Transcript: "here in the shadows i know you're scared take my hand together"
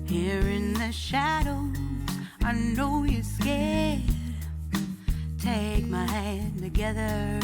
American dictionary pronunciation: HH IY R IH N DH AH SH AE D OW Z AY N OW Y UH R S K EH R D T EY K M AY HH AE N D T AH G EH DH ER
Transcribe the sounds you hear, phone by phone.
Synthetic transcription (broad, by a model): HH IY R IH N DH AH SH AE D OW AY N OW Y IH S K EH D T EY K M AY HH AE N T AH G EH DH ER